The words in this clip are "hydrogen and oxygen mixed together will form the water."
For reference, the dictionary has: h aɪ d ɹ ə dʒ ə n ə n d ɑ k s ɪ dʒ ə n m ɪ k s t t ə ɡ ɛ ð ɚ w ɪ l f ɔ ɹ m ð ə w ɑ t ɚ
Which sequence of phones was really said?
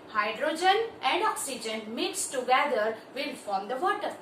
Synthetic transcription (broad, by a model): h aɪ d ɹ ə dʒ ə n ə n d ɑ k s ɪ dʒ ə n m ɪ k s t t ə ɡ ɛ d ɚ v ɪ l f ɔ ɹ m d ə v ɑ t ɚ